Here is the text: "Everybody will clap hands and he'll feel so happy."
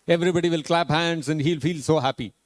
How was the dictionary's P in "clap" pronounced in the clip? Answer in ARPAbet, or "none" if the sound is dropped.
P